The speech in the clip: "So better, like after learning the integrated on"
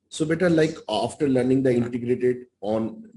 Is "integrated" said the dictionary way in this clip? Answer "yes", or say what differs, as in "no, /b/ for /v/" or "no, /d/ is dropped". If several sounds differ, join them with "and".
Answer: yes